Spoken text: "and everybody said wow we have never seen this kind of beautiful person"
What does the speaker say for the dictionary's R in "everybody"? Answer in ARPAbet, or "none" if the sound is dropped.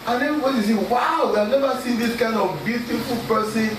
none